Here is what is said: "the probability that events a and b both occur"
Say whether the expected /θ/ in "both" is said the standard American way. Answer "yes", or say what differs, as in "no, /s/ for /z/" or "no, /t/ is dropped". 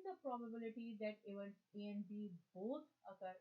no, /t/ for /θ/